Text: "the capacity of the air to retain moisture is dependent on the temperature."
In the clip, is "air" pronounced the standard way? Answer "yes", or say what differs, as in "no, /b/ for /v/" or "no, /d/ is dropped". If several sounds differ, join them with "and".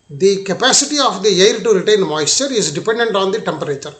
no, /l/ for /ɹ/